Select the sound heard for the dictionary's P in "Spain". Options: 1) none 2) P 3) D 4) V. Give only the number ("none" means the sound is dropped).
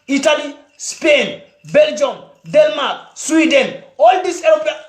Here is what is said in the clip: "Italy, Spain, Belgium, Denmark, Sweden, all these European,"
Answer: 2